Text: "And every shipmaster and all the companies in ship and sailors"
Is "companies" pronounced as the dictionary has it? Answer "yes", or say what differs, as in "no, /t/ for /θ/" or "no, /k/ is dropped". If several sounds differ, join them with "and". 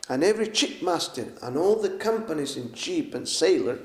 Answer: yes